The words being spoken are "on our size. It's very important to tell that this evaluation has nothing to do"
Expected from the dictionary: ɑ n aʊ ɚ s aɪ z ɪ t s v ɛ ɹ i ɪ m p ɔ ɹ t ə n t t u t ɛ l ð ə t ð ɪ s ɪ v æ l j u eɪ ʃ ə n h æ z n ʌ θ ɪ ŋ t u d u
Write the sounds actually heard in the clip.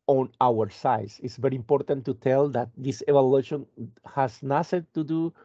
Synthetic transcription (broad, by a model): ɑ n aʊ ɚ s aɪ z ɪ t s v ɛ ɹ i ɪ m p ɔ ɹ t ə n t t u t ɛ l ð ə t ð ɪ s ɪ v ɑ l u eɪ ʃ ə n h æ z n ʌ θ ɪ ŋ t u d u